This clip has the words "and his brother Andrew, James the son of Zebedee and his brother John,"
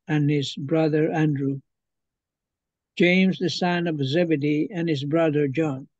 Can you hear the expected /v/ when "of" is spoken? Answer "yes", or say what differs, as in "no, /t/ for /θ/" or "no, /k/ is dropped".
yes